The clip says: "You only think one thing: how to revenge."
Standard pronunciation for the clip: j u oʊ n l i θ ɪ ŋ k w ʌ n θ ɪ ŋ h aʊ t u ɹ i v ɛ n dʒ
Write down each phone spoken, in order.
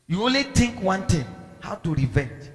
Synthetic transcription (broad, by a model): j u oʊ n l i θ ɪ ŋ k w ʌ n t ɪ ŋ h aʊ t u ɹ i v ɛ n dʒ